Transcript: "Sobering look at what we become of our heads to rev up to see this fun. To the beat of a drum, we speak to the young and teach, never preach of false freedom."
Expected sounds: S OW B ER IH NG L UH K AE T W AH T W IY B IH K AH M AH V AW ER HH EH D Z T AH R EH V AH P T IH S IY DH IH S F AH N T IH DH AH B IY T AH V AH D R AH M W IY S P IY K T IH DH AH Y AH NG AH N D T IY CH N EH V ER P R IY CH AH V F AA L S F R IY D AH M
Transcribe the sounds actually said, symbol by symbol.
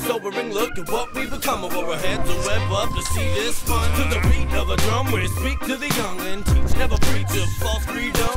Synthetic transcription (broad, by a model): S OW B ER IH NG L UH K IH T W AH T W IY B IH K AH M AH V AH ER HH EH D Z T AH W EH B AH P T IH S IY DH IH S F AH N T IH DH AH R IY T AH V AH D R AH M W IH S P IY K T IH DH AH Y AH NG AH N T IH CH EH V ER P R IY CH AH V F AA S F R IY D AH M